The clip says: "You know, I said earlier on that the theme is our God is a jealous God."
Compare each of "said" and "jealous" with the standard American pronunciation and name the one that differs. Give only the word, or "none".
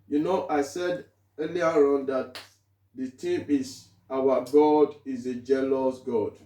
none